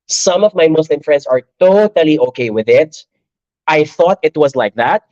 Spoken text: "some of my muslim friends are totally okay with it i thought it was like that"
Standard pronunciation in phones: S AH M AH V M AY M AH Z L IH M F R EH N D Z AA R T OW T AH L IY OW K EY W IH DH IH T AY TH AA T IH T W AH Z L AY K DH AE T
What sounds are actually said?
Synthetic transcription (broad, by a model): S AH M AH V M AY M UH S L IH M F R EH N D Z AA R T OW T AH L IY OW K EY W IH DH IH T AY TH AA T IH T W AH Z L AY K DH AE T